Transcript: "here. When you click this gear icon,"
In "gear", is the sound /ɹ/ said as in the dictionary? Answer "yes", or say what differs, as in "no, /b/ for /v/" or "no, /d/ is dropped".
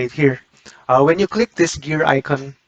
yes